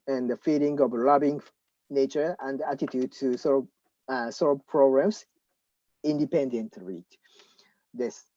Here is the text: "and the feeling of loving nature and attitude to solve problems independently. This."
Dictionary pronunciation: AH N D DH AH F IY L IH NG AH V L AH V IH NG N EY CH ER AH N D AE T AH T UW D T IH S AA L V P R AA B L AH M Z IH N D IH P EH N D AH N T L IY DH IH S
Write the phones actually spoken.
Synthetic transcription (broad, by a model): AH N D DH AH F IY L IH NG AH V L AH B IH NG N EY CH ER AH N D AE T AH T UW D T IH S AA L V P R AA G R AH M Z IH N D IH P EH N D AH N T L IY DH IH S